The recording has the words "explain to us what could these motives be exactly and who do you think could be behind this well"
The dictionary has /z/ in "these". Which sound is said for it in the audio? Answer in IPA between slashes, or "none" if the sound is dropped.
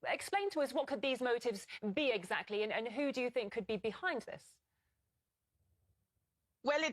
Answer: /z/